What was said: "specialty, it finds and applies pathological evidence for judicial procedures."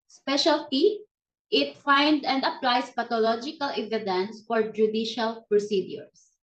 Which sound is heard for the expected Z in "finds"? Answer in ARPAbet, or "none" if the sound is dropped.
none